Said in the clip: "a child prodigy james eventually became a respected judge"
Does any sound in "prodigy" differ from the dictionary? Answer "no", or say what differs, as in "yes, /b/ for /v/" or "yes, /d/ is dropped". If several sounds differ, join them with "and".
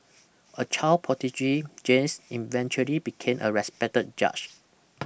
yes, /ɹ/ is dropped